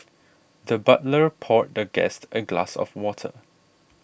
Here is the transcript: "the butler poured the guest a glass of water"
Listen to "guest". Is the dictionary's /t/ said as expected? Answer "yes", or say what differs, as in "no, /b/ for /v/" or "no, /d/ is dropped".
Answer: yes